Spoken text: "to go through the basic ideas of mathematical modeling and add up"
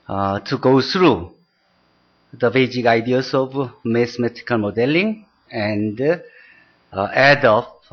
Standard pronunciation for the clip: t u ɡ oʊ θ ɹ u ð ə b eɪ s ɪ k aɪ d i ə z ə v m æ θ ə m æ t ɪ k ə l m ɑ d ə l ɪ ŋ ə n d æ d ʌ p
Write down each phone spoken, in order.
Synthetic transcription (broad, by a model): t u ɡ oʊ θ ɹ u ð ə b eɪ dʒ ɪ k aɪ d i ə s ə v m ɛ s m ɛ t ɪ k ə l m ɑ d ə l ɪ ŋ ə n d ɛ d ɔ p